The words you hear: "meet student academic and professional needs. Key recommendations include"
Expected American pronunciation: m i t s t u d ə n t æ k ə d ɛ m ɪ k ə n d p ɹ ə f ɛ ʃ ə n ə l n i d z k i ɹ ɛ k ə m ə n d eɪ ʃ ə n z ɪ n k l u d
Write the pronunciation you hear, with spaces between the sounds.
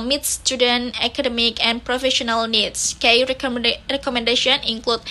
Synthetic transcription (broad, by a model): m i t s t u d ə n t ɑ k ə d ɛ m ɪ k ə n p ɹ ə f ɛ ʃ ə n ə l n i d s k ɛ ɹ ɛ k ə m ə n d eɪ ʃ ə n ɪ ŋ k l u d